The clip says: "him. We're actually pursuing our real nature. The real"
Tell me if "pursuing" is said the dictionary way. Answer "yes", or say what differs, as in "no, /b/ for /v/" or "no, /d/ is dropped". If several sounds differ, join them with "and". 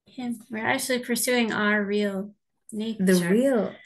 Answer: yes